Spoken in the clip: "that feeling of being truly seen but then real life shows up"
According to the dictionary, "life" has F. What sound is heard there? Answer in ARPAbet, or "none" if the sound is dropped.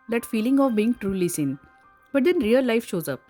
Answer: F